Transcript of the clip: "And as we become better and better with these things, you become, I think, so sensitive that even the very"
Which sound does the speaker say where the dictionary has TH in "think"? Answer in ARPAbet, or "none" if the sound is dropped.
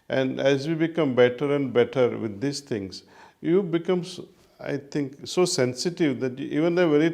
T